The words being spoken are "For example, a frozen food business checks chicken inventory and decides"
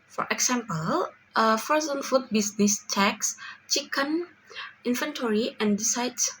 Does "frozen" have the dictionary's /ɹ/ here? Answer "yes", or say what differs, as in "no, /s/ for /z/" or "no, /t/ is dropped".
no, /ɹ/ is dropped